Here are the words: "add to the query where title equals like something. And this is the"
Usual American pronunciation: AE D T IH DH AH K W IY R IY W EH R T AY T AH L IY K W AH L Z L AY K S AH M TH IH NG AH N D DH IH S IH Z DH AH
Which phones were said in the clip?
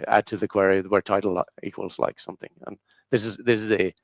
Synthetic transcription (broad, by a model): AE D T IH DH AH K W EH R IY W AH R T AY T L IY K W AH L Z L AY K S AH M TH IH NG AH N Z DH IH S IH Z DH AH